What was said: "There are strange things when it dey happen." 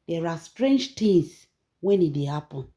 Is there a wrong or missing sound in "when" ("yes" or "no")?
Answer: no